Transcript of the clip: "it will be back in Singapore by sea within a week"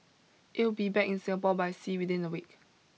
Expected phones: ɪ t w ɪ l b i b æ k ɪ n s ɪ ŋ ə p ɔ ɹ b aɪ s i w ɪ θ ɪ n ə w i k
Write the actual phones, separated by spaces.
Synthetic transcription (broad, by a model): ɪ t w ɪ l b i b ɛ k ɪ n s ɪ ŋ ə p ɔ l b aɪ s i w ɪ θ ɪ n ə w i k